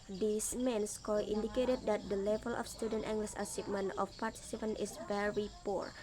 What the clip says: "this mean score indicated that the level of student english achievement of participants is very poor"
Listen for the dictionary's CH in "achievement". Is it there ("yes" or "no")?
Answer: no